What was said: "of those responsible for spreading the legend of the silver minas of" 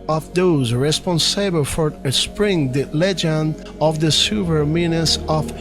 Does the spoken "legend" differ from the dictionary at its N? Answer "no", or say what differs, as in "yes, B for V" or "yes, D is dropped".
no